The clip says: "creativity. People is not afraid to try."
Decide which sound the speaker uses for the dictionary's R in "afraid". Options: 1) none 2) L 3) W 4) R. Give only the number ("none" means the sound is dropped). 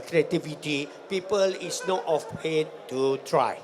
3